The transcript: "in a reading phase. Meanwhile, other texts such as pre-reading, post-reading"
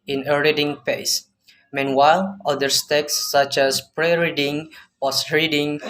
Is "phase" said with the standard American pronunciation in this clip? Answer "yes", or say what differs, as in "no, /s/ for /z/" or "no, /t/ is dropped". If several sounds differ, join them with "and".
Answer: no, /p/ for /f/ and /s/ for /z/